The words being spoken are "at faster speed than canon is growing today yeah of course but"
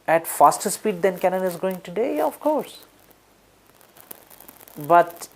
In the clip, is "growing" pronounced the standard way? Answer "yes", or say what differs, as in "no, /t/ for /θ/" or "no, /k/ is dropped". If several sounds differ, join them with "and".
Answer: no, /ɹ/ is dropped